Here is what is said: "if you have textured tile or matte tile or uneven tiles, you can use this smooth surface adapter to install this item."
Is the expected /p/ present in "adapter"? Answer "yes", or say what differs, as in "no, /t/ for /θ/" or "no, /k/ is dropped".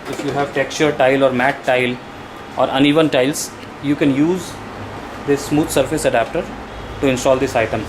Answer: yes